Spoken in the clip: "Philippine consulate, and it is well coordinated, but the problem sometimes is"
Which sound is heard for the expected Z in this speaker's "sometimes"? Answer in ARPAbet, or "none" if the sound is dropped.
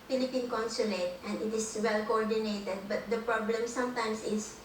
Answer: S